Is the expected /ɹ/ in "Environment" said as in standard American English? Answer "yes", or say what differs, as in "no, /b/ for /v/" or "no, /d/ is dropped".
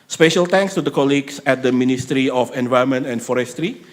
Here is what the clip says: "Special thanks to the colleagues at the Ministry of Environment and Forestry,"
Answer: no, /ɹ/ is dropped